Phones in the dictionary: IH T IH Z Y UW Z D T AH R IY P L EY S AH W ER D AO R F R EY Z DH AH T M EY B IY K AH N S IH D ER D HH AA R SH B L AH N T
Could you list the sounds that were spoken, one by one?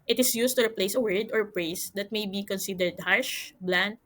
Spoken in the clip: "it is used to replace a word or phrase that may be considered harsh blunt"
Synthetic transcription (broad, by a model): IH T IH S Y UW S T AH R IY P L EY S AH W ER D AO R P R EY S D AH T M EY B IY K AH N S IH D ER D HH AA R SH B L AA N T